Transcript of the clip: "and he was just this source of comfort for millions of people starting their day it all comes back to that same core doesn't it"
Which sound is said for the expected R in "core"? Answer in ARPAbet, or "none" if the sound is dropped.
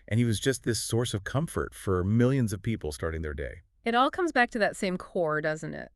R